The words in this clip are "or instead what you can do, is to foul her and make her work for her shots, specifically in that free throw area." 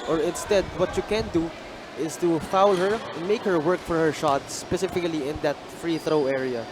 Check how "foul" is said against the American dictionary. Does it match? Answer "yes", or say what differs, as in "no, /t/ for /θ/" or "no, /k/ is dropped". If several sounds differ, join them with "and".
yes